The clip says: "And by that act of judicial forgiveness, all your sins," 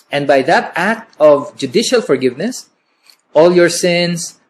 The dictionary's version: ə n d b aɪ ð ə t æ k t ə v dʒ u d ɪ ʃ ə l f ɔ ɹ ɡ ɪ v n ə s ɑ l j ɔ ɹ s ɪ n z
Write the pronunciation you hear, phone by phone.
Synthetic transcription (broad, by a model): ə n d b aɪ ð ə t æ k t ə v dʒ u d ɪ ʃ ə l f ɔ ɹ ɡ ɪ v n ə s ɑ l j ɔ ɹ s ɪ n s